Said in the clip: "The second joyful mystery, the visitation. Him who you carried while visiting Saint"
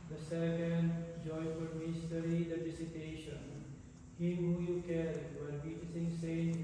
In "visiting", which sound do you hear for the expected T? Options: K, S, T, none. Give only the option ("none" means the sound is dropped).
S